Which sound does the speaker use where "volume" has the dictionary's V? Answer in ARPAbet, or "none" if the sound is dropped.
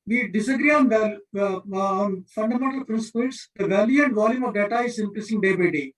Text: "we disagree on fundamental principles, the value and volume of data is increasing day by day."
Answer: V